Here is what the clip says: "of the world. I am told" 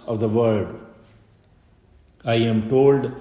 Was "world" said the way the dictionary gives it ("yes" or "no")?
no